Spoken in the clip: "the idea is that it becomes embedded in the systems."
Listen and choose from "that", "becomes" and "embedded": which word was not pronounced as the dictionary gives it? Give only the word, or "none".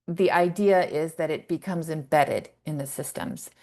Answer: none